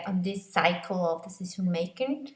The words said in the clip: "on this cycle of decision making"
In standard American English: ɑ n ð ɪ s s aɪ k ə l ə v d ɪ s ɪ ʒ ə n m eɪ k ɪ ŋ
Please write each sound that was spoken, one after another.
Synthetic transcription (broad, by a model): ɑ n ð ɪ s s aɪ k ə l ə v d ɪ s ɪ s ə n m eɪ k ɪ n